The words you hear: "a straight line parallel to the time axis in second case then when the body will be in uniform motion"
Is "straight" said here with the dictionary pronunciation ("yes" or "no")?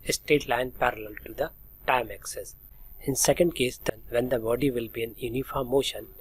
no